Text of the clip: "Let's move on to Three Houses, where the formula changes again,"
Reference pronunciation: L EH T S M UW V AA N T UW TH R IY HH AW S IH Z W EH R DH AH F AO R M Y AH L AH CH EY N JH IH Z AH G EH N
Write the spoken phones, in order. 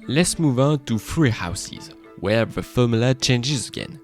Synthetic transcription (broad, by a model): L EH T S M UW V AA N T UW F R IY HH AW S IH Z W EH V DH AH F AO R M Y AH L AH CH EY N JH IH Z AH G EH N